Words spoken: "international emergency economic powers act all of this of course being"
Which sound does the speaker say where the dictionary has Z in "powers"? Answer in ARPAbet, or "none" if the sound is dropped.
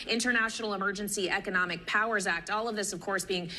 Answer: Z